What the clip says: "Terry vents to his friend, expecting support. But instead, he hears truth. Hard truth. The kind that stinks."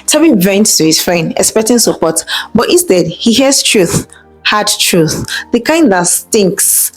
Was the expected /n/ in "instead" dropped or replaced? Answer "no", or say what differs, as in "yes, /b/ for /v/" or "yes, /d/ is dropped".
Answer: yes, /n/ is dropped